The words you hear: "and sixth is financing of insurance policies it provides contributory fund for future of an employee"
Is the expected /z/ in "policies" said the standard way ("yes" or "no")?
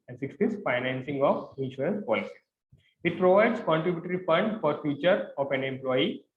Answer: no